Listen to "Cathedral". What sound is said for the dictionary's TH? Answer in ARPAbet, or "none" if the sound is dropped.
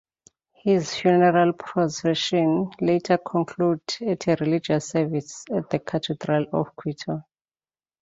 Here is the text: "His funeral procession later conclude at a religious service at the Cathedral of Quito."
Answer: T